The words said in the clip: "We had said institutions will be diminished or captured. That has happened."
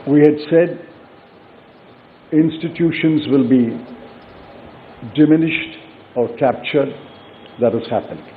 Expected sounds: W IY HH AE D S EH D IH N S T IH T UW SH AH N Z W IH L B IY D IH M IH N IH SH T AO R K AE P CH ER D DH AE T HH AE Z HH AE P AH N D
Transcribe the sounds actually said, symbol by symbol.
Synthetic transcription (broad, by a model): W IY HH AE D S EH D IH N S T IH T UW SH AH N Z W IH L B IY D IH M IH N IH SH T AO R K AE P CH ER D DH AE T HH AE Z HH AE P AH N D